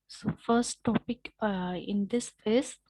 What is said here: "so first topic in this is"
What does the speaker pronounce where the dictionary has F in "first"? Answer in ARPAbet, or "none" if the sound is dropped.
F